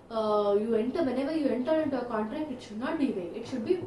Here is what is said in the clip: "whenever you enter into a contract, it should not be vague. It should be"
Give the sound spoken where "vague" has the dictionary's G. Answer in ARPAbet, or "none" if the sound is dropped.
none